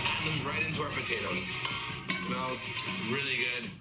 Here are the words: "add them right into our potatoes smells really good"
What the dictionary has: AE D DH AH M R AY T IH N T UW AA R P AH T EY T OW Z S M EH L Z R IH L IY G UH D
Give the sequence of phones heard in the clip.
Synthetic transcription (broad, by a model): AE DH AH M R AY T IH N T UW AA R P AH T EY T OW Z S M EH L Z R IH L IY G UH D